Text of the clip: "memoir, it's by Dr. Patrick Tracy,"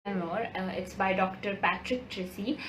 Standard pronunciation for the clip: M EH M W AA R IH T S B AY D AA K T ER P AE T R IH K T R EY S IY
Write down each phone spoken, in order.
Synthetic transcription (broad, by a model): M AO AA R IH T S B AY D AA K T ER P AE T R IH K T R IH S IY